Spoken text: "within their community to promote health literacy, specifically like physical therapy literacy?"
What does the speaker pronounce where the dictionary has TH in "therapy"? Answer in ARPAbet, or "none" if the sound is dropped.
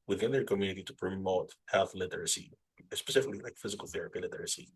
TH